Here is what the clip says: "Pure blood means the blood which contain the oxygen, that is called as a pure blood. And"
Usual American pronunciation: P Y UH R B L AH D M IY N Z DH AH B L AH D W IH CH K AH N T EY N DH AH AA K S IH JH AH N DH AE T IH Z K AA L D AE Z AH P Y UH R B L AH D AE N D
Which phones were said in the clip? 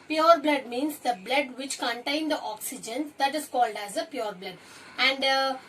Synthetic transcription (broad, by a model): P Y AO R B L AH D M IY N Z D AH B L AH D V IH CH K AH N T EY N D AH AA K S IH JH AH N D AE T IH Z K AA L D AE Z AH P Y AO R B L AH D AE N D